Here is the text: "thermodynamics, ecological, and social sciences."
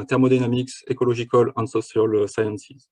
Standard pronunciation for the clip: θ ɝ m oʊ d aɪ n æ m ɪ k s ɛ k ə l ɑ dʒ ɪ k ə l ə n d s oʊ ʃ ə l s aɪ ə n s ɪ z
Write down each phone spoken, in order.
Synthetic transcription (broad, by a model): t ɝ m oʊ d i n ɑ m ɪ k s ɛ k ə l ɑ ʒ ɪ k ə l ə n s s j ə l s aɪ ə n s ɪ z